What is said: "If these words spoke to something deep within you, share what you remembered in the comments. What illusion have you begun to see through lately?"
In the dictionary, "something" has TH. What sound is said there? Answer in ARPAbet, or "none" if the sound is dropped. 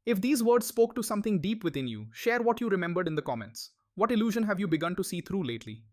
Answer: T